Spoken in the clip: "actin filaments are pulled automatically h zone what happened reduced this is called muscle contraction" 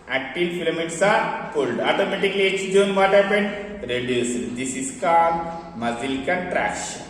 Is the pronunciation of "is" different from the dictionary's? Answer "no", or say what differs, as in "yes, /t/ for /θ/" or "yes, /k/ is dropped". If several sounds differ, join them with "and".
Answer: yes, /s/ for /z/